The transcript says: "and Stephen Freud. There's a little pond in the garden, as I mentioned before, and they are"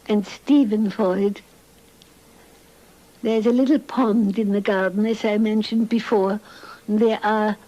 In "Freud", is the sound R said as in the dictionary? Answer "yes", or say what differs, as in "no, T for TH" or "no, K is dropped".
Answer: no, R is dropped